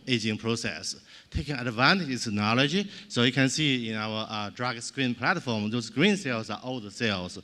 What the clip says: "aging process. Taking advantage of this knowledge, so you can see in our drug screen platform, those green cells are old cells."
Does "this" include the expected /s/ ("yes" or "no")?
no